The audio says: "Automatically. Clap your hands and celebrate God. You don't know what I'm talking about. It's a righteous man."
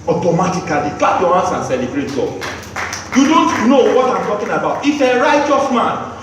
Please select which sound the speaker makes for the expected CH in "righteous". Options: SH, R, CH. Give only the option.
CH